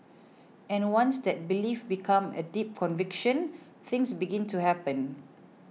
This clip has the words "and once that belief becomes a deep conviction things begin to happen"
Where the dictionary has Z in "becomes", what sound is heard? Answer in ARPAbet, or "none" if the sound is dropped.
none